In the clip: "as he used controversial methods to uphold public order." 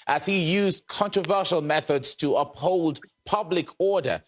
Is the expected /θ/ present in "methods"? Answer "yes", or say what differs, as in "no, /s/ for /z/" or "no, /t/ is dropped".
yes